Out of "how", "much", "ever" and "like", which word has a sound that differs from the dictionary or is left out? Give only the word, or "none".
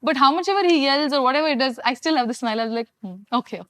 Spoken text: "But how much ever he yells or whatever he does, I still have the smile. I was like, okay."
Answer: none